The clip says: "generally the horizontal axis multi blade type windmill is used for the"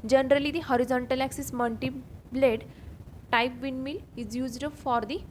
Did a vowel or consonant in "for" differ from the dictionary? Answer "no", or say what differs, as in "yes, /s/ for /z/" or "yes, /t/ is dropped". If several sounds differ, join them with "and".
no